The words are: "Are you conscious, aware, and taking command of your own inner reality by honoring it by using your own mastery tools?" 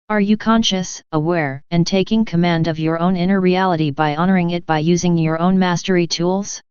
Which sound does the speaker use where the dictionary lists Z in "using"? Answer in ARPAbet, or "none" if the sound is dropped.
Z